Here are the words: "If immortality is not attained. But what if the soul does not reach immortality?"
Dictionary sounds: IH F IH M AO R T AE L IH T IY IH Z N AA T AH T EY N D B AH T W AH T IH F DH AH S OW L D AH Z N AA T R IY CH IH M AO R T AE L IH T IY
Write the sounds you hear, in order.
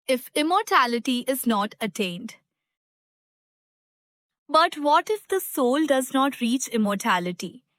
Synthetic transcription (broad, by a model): IH F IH M AO R T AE L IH T IY IH Z N AA T AH T EY N D B AH T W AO T IH F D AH S OW L D AH Z N AA T R IY CH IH M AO R T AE L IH T IY